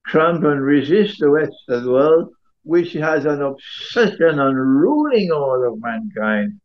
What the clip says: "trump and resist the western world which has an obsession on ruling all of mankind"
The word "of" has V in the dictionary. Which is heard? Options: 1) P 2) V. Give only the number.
2